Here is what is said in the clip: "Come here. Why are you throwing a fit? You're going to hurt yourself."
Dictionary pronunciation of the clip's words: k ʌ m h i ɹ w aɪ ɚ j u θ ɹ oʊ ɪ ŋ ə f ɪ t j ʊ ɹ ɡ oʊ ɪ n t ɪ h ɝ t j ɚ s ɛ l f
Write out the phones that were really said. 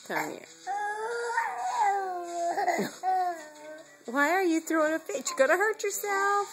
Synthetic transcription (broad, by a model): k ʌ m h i ɹ w aɪ ɚ j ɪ θ ɹ oʊ ɪ ŋ ə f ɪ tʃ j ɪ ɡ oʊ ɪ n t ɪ h ɝ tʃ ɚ s ɛ l f